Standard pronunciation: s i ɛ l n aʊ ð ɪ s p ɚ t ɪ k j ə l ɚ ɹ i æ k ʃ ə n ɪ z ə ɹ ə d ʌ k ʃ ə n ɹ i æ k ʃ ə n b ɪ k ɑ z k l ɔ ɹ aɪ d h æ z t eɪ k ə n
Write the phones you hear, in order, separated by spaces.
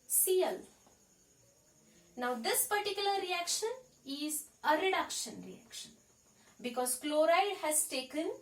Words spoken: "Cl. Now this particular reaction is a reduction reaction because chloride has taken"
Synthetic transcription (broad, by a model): s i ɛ l n aʊ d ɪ s p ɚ t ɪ k j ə l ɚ ɹ i æ k ʃ ə n ɪ z ə ɹ ə d ʌ k ʃ ə n ɹ i æ k ʃ ə n b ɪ k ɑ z k l ɔ ɹ aɪ d h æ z t eɪ k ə n